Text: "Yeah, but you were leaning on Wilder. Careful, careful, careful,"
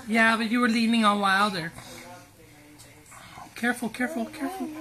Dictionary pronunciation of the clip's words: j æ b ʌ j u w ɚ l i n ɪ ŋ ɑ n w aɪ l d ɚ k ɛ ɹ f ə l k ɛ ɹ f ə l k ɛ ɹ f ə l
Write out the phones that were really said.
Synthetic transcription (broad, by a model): j æ b ʌ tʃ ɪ w ɚ l i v ɪ ŋ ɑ l w aɪ l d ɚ k ɛ ɹ f l k ɛ ɹ f l k ɛ ɹ f l